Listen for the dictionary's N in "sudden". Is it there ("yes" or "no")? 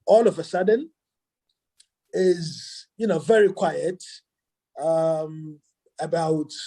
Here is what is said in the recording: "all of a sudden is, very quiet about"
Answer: yes